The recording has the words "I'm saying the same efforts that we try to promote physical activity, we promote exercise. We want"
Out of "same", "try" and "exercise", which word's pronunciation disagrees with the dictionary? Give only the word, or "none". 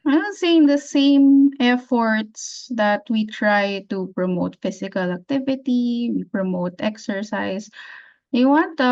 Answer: exercise